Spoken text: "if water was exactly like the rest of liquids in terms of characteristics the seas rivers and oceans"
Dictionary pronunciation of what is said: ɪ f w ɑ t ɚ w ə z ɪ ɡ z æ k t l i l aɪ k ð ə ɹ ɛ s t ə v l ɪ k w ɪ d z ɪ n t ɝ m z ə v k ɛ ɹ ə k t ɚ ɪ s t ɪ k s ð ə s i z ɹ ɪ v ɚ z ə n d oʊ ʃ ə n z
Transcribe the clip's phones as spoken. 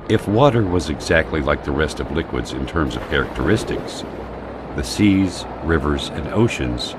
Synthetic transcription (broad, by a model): ɪ f w ɑ t ɚ w ə z ɪ ɡ z æ k t l i l aɪ k ð ə ɹ ɛ s t ə v l ɪ k w ɪ d z ɪ n t ɝ m z ə v k ɛ ɹ ə k t ɚ ɪ s t ɪ k s ð ə s i z ɹ ɪ v ɚ z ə n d oʊ ʃ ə n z